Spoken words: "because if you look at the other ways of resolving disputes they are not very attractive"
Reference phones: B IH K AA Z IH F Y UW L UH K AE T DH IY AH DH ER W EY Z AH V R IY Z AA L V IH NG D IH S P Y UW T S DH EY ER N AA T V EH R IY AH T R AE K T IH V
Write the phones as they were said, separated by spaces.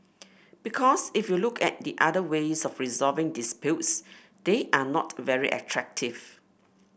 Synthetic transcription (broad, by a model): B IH K AA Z IH F Y UW L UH K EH T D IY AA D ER W EY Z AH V R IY Z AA V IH NG D IH S P Y UW T S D EY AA N AA T V EH R IY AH T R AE K T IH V